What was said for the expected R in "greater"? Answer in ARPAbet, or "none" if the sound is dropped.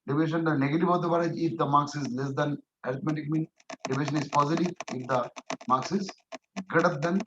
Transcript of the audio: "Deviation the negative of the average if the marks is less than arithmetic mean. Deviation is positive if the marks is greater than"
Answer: none